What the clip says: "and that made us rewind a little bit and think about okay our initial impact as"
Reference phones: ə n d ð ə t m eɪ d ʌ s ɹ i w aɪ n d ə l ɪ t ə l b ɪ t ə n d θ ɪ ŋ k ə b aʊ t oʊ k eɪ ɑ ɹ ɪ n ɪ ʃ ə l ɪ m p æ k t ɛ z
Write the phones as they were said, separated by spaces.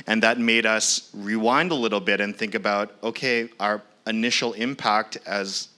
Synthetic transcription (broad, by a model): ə n ð ə t m eɪ d ʌ s ɹ i w aɪ n d ə l ɪ t l b ɪ t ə n θ ɪ ŋ k ə b aʊ t oʊ k eɪ ɑ ɹ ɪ n ɪ ʃ l ɪ m p æ k t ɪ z